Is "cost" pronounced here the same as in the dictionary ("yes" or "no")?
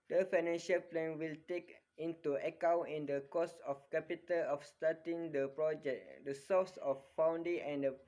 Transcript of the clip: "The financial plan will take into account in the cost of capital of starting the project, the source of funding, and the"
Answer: no